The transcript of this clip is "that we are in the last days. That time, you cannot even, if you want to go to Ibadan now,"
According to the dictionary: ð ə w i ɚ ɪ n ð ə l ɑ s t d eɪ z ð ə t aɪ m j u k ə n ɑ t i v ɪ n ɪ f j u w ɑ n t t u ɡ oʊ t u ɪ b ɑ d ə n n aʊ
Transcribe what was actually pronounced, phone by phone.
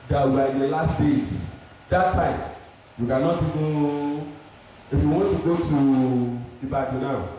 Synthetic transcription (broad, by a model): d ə w i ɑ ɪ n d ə l ɑ s t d eɪ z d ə t aɪ m j u k ə n ɑ t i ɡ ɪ ɪ f j u w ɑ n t t u ɡ oʊ t u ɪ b ɑ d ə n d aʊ